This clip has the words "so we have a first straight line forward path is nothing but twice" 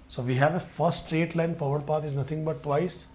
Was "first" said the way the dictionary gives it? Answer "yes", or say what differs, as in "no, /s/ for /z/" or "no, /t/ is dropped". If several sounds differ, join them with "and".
no, /s/ is dropped